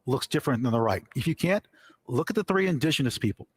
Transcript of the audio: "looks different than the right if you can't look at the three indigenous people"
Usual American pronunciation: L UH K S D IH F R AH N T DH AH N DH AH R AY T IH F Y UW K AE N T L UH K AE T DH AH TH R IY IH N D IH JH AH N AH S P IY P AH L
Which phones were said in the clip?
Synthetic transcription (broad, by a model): L UH K S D IH F R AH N DH AH N DH AH R AY T IH F Y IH K AE N T L UH K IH T DH AH TH R IY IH N D IH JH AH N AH S P IY P L